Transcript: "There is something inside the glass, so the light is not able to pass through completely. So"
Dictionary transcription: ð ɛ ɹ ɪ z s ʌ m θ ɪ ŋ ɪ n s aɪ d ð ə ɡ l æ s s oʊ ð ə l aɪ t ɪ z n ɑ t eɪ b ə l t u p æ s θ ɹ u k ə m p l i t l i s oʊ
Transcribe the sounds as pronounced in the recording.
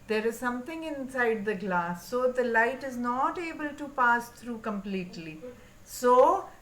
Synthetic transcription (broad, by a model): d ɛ ɹ ɪ z s ʌ m t ɪ ŋ ɪ n s aɪ d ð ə ɡ l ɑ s s oʊ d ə l aɪ t ɪ z n ɑ t eɪ b ə l t u p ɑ s t ɹ u k ə m p l i t l i s oʊ